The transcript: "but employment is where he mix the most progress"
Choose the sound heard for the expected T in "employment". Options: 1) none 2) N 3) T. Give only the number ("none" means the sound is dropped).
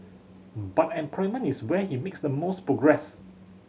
1